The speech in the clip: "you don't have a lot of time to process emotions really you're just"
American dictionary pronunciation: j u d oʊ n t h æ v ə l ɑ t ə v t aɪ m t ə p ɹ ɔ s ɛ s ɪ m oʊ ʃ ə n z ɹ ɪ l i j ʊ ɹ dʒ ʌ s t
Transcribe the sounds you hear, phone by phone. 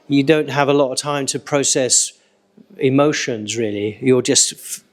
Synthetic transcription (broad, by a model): j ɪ d oʊ n t h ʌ v ə l ɑ t ə v t aɪ m t ə p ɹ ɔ s ɛ s ɪ m oʊ ʃ ə n z ɹ ɪ l i j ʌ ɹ dʒ ʌ s t